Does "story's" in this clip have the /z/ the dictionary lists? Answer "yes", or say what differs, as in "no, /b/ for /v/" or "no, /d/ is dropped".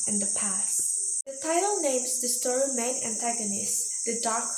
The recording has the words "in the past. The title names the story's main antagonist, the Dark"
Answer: no, /z/ is dropped